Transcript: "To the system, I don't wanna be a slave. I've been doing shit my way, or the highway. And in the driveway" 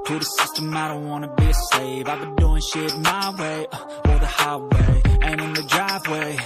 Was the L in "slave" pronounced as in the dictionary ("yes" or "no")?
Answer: no